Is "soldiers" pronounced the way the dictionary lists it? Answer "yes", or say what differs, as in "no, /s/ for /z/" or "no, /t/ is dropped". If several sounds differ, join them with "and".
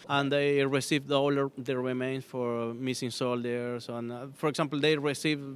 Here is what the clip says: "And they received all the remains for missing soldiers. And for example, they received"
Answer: no, /s/ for /z/